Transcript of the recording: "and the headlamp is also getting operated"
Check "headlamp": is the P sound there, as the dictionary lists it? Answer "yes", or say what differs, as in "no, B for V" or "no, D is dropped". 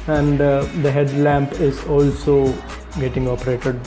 yes